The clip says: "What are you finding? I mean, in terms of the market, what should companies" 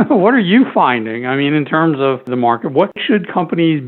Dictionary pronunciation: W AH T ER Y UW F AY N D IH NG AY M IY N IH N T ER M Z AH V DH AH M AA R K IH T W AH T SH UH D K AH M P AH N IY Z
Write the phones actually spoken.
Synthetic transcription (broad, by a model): W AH T ER Y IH F AY N D IH NG AY M IY N IH N T ER M Z AH V DH AH M AA R K IH T W AH T SH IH D K AH M P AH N IY Z